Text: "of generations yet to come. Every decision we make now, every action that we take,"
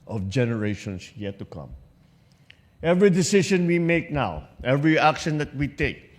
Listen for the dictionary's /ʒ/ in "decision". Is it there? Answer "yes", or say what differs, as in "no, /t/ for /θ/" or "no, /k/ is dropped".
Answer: no, /ʃ/ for /ʒ/